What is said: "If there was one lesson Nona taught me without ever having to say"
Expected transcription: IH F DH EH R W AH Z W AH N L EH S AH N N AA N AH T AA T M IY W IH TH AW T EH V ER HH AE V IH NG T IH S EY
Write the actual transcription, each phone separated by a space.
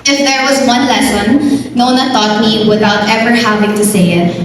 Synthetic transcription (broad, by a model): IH F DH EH R W AH Z W AH N L EH S AH N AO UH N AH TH AA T M IY W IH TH AW T EH V ER HH AE V IH NG T IH S EY